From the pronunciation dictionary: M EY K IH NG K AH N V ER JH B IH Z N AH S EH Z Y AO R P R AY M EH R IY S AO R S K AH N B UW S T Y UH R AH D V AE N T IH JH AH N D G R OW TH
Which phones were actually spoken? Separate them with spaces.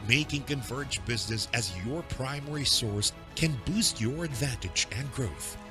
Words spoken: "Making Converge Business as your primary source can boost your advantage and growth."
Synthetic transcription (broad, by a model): M EY K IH NG K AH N V ER JH B IH Z N AH S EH Z Y AO R P R AY M EH R IY S AO R S K AH N B UW S T Y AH R AH D V AE N T IH JH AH N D G R OW TH